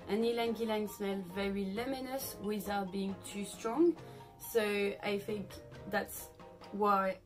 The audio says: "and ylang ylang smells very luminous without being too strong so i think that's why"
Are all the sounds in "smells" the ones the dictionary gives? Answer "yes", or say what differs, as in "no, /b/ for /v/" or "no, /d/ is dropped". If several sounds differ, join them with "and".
no, /z/ is dropped